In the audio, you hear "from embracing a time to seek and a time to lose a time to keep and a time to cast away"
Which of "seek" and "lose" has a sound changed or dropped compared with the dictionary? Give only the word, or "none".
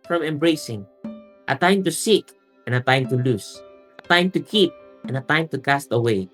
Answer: lose